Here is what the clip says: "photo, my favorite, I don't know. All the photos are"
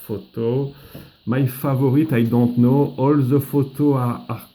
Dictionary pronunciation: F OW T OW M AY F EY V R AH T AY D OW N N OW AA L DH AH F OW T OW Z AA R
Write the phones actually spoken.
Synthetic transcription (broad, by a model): F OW T OW M AY F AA V R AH T AY D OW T N OW AA L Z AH F OW T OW AA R